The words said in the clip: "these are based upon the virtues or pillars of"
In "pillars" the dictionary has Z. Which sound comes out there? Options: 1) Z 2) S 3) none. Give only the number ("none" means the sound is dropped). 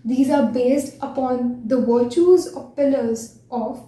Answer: 1